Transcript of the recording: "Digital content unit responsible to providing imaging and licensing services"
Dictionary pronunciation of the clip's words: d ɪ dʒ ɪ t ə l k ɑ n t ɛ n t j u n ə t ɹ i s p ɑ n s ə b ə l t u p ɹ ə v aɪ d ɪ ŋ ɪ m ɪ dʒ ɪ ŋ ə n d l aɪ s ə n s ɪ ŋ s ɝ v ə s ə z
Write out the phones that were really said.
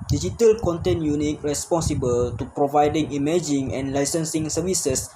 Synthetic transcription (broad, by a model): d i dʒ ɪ t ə l k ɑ n t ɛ n j u n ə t ɹ i s p ɑ n s ə b ə l t u p ɹ ə v aɪ d ɪ ŋ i m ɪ dʒ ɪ ŋ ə n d l aɪ s ə n s ɪ ŋ s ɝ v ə s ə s